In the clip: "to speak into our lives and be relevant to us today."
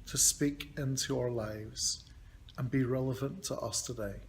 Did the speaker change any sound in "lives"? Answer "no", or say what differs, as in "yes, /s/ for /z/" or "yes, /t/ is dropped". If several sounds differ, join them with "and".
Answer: no